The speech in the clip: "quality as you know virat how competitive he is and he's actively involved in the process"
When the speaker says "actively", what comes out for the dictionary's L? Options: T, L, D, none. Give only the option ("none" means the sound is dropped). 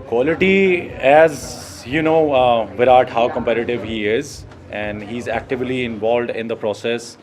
L